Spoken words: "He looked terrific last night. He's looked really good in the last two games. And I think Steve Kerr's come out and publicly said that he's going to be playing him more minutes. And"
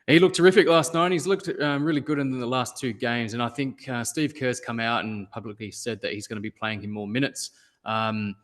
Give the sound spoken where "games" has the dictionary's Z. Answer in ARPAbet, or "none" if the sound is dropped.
Z